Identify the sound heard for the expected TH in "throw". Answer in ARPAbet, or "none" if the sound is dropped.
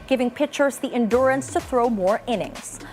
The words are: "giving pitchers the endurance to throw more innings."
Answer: TH